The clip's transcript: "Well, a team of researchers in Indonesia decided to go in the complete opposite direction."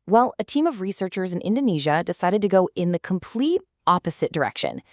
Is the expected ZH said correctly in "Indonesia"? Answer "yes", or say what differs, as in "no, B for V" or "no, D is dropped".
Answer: yes